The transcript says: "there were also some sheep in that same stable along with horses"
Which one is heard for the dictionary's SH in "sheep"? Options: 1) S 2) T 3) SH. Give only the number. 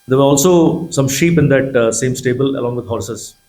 3